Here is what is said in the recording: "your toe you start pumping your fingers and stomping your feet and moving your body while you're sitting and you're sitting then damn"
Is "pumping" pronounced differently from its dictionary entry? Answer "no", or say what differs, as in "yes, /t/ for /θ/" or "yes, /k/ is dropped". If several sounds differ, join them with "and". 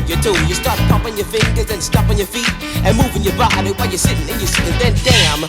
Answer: yes, /m/ is dropped